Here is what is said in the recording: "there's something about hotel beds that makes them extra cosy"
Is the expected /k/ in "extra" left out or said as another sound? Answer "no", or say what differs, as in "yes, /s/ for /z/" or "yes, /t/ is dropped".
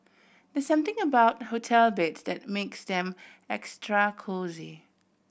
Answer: no